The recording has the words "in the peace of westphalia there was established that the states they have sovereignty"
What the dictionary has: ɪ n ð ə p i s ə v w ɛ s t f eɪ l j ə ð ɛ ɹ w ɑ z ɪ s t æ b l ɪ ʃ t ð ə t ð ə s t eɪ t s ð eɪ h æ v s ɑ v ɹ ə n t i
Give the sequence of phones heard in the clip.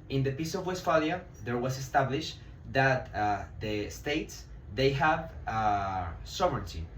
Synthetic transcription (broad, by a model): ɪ n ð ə p i s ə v w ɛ s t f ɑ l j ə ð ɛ ɹ w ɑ s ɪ s t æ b l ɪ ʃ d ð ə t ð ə s t eɪ t s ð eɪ h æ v s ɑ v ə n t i